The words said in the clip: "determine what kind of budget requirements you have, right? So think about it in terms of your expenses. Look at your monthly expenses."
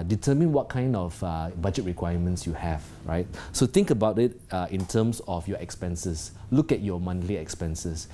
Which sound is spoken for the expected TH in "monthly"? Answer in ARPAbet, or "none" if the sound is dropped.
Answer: T